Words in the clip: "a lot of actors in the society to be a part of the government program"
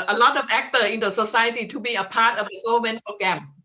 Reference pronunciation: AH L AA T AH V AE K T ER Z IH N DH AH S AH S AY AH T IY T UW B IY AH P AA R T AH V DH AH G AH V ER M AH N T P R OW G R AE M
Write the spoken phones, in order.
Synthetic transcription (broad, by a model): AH L AA T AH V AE K T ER IH N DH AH S AH S AY AH T IY T UW B IY AH P AA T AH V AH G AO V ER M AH N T P R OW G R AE M